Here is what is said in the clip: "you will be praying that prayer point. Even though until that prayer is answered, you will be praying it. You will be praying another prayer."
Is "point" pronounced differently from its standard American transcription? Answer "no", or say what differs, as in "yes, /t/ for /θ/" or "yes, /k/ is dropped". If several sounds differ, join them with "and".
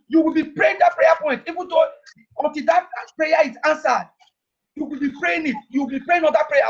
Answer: no